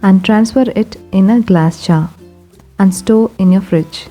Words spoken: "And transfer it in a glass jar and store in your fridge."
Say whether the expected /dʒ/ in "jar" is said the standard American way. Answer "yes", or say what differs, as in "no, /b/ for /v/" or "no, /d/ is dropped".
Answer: no, /tʃ/ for /dʒ/